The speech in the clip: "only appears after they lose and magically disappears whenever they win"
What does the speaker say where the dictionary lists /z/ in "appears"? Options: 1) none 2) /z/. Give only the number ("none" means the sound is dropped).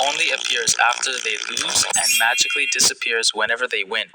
2